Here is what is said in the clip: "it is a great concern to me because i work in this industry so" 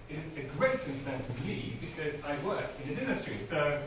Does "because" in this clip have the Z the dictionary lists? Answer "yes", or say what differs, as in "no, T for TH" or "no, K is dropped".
yes